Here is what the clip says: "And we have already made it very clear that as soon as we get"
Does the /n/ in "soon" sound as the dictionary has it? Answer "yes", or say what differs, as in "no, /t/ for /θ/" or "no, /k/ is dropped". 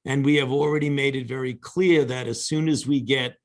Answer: yes